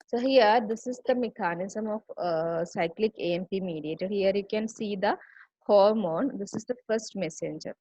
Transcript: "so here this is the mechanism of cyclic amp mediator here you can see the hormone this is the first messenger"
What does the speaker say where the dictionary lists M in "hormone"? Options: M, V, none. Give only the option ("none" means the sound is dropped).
M